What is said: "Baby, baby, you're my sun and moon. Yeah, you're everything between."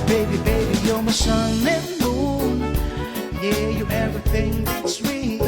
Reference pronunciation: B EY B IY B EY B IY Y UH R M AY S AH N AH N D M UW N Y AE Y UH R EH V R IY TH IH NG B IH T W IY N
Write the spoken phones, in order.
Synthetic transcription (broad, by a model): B EY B IY B EY B IY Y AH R M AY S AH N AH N M UW N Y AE Y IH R EH V R IY TH IH NG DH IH T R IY